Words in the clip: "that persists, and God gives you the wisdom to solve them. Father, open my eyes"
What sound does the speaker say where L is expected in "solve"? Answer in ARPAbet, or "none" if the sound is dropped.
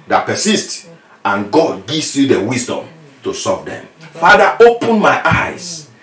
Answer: none